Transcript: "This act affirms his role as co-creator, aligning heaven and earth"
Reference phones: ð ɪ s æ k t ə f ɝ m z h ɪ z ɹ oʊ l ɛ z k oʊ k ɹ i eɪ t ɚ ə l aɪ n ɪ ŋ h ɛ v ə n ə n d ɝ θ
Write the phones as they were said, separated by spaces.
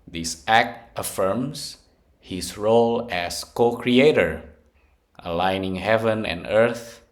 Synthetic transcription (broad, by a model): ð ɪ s æ k t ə f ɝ m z h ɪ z ɹ oʊ l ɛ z k oʊ k ɹ i eɪ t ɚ ə l aɪ n ɪ ŋ h ɛ v ə n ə n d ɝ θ